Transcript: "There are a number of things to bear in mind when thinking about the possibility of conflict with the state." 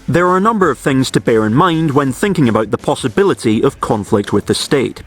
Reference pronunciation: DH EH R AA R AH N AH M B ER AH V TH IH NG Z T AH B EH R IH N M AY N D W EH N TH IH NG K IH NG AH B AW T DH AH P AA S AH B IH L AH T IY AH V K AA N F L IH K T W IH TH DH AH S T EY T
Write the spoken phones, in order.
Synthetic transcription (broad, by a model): DH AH R R AH N AH M B ER AH V TH IH NG Z T AH B EH R IH N M AY N D W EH N TH IH NG K IH NG AH B AW T DH AH P AA S AH B IH L AH T IY AH V K AA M F L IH K T W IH DH AH S T EY T